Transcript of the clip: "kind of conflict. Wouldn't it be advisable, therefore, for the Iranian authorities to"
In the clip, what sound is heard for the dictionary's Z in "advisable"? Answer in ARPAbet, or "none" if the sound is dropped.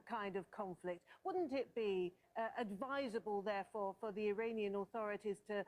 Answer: Z